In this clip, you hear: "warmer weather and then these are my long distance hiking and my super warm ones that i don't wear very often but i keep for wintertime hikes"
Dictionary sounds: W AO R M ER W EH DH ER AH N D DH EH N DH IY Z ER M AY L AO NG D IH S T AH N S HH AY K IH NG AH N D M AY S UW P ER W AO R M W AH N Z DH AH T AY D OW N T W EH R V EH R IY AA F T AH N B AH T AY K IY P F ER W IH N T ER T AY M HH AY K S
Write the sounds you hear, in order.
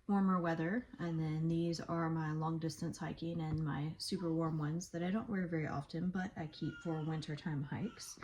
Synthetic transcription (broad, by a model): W AO R M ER W EH DH ER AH N DH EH N DH IY Z ER M AY L AO NG D IH S T AH N S HH AY K IH NG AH N M AY S UW P ER W AO R M W AH N Z DH AH T AY D OW N T W EH R V EH R IY AA F T AH N B AH T AY K IY P F ER W IH N T ER T AY M HH AY K S